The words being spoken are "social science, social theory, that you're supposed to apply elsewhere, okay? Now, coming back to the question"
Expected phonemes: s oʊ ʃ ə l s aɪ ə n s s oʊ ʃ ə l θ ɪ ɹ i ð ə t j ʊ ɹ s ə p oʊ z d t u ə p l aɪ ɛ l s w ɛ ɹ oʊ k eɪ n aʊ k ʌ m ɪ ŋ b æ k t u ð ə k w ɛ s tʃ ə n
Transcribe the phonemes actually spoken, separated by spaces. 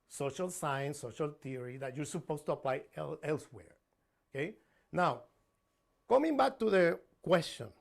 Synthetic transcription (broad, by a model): s oʊ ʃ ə l s aɪ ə n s s oʊ ʃ ə l t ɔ ɹ i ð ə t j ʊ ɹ s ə p oʊ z t u ə p l aɪ ɛ l s w ɛ ɹ oʊ k eɪ n aʊ k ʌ m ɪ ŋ b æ k t u ð ə k w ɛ s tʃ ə n